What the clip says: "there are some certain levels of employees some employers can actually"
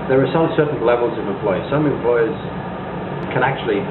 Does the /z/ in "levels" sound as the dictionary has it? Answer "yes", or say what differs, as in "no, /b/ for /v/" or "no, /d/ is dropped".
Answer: yes